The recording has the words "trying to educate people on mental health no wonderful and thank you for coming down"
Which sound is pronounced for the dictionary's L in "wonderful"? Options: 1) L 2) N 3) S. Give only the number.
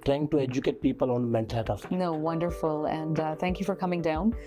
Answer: 1